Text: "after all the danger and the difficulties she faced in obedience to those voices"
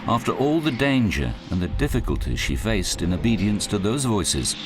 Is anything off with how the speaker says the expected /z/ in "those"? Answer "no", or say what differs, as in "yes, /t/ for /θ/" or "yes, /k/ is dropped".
no